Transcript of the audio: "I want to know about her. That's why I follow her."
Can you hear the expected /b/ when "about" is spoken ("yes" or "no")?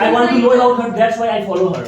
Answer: no